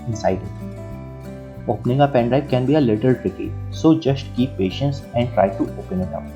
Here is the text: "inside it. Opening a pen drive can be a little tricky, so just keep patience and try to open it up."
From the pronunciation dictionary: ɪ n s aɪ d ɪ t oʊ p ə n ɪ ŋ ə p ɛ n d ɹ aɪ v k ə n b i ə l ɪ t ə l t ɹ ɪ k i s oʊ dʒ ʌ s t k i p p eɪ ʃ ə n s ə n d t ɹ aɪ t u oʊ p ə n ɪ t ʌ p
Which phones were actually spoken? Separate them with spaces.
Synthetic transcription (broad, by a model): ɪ n s aɪ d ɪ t oʊ p n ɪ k ə p ɛ n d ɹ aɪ p k ə n b i ə l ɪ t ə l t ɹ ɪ k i s oʊ dʒ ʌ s t k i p p eɪ ʃ ə n s ə n d t ɹ aɪ t u oʊ p ə n ɪ t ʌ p